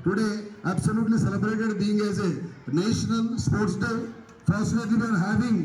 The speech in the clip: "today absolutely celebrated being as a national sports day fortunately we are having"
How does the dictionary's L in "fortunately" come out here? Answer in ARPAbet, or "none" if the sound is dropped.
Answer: none